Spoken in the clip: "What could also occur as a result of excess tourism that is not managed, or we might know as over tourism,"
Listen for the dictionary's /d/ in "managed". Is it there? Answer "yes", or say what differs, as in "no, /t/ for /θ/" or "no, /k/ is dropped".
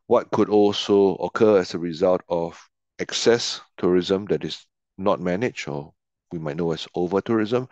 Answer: no, /d/ is dropped